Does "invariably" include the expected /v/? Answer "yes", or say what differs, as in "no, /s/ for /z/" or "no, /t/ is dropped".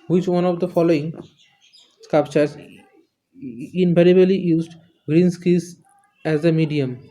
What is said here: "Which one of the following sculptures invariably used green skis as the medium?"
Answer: no, /p/ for /v/